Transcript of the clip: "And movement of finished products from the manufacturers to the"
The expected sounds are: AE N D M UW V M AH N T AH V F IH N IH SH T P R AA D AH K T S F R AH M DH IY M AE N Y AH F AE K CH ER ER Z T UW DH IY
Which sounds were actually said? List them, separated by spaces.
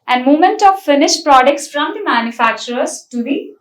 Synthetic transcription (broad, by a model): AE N D M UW M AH N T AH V F IH N IH SH T P R AA D AH K T S F R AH M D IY M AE N Y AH F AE K CH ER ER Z T UW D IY